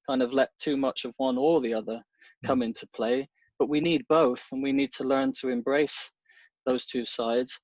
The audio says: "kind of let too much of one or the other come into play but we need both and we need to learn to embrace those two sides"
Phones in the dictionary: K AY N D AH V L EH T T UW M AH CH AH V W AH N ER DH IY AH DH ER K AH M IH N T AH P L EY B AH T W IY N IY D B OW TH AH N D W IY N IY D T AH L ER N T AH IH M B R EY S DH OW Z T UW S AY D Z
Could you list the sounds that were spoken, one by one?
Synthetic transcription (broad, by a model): K AY N D AH V L EH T T UW M AH CH AH V W AH N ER DH IY AH DH ER K AH M IH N T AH P L EY B AH T W IY N IY D B OW TH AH N W IY N IY D T AH L ER N T AH IH M B R EY S DH OW Z T UW S AY D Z